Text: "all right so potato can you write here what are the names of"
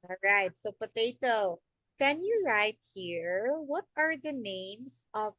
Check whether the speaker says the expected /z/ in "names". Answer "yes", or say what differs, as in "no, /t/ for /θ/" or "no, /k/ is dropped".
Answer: no, /s/ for /z/